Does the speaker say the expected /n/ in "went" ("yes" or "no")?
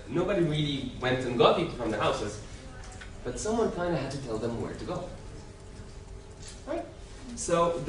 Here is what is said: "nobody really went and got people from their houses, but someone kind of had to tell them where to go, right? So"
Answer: yes